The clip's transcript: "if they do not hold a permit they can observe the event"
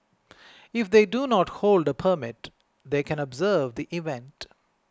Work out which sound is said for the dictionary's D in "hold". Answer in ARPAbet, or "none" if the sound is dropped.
D